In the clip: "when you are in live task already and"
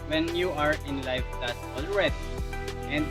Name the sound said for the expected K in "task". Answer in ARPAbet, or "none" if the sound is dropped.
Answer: none